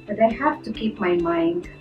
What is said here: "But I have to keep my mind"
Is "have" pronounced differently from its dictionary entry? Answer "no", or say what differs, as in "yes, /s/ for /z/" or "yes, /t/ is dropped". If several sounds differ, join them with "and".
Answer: yes, /f/ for /v/